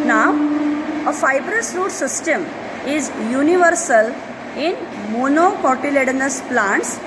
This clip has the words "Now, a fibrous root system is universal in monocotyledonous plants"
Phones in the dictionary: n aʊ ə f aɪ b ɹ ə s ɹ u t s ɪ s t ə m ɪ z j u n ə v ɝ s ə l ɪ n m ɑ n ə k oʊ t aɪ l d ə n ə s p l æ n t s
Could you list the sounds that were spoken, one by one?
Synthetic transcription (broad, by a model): n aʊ ə f aɪ b ɹ ə s ɹ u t s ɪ s t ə m ɪ z j u n ə v ɝ s ə l ɪ n m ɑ n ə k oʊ t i l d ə n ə s p l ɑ n t s